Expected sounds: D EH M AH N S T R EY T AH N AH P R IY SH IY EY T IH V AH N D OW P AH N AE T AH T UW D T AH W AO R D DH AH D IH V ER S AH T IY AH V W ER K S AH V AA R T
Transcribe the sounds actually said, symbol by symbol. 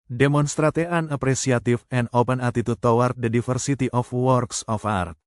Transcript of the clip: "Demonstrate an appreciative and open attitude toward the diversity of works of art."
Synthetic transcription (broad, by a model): D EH M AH N S T R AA T AH N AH P R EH S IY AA T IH F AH N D OW P AH N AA T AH T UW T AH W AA R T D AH D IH F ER S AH T IY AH F W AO K S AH F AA R T